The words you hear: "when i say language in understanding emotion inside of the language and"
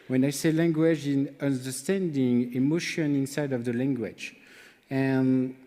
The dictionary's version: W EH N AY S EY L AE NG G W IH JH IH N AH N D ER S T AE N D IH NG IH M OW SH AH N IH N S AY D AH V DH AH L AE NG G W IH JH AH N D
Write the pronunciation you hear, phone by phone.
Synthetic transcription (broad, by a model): W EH N AY S EY L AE NG G W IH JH IH N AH N D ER S T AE N D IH NG IH M OW SH AH N IH N S AY D AH V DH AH L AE NG G W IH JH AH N